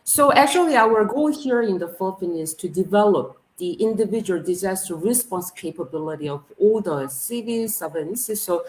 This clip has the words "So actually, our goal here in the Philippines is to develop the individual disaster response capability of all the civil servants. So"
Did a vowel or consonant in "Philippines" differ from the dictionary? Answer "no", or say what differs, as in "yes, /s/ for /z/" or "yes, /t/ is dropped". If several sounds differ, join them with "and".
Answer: yes, /z/ is dropped